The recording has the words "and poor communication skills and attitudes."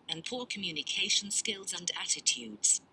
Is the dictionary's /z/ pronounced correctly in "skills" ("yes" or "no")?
yes